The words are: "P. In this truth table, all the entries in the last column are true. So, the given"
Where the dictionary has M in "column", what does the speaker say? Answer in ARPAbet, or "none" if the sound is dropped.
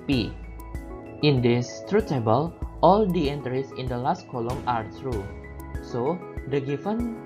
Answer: M